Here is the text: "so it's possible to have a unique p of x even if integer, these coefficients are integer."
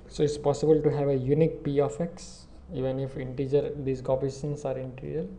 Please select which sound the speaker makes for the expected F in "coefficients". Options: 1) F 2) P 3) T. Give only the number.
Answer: 2